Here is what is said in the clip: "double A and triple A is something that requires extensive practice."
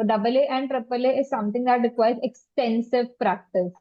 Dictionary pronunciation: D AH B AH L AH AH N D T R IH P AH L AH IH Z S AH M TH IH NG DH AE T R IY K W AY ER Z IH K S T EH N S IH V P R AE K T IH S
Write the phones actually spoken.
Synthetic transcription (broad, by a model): D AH B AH L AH AH N D T R IH P AH L AH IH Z S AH M T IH NG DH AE T R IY K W AY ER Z IH K S T EH N S IH V P R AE K T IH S